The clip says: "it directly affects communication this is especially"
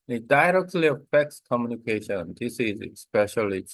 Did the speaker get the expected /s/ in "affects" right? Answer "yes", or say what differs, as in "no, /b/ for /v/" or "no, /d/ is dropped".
yes